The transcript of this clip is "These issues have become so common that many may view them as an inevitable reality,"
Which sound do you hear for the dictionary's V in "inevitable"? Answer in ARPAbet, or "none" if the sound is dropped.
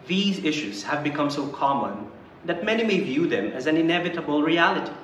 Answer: V